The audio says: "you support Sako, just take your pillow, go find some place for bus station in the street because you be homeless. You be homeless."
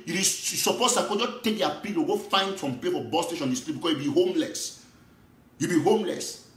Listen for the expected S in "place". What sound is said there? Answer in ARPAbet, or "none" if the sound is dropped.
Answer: none